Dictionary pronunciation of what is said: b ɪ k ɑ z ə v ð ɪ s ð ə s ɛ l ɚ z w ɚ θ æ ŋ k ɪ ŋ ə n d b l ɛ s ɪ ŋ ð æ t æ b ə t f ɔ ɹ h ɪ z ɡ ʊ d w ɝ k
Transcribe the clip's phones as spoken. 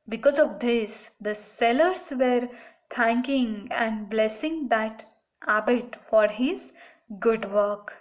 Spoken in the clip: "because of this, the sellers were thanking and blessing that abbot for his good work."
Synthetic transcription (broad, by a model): b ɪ k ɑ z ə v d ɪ s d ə s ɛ l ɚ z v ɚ t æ ŋ k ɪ ŋ ə n d b l ɛ s ɪ ŋ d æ t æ b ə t f ɔ ɹ h ɪ z ɡ ʊ d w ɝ k